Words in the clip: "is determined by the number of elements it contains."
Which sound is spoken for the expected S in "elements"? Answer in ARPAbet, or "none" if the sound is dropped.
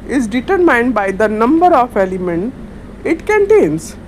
none